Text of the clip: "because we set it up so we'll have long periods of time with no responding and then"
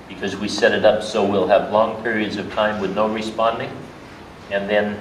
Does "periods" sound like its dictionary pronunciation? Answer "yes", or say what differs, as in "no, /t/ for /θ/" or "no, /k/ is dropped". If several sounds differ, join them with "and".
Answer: yes